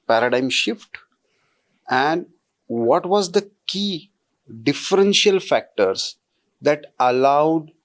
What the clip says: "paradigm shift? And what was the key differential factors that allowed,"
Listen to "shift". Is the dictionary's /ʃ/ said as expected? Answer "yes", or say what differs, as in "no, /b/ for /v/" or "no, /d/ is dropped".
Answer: yes